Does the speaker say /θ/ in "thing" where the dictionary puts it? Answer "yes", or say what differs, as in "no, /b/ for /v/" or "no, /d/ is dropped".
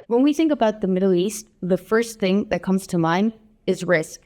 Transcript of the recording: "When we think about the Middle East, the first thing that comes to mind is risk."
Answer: yes